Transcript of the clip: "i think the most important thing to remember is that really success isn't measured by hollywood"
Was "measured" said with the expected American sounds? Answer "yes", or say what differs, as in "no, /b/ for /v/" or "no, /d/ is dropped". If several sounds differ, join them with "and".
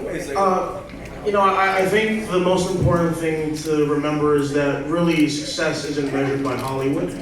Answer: yes